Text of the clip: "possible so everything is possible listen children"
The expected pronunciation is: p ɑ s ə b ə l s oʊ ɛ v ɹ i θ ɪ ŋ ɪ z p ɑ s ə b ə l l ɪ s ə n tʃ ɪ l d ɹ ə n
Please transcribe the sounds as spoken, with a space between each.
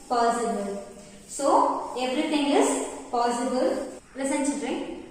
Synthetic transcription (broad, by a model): p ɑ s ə b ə l s oʊ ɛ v ɹ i t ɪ ŋ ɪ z p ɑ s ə b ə l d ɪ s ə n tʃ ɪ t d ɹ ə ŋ